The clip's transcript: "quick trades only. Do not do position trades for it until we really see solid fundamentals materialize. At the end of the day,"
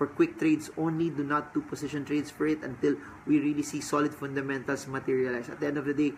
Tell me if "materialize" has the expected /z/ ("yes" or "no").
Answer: no